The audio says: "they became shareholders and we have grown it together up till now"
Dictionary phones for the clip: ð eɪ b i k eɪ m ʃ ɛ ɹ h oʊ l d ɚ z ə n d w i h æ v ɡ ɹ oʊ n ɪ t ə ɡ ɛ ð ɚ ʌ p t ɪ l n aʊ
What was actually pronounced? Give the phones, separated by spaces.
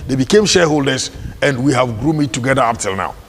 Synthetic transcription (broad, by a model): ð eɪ b i k eɪ m ʃ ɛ h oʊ l d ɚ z ə n d w i h æ v ɡ ɹ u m ɪ t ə ɡ ɛ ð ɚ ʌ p t ɪ l n aʊ